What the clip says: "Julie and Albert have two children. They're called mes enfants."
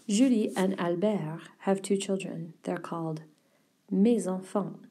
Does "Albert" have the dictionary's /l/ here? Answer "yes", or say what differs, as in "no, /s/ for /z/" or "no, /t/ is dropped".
yes